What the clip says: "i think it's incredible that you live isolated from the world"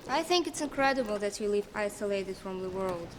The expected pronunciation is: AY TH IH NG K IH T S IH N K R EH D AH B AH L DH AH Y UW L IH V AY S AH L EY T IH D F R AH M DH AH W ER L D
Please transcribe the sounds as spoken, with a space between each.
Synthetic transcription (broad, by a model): AY TH IH NG K IH T S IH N K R EH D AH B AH L DH AH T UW L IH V AY S AH L EY T IH D F R AH M DH AH W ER L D